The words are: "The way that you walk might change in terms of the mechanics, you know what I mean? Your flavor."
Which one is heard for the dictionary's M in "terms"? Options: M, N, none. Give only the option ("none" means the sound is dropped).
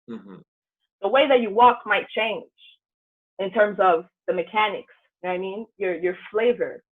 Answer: M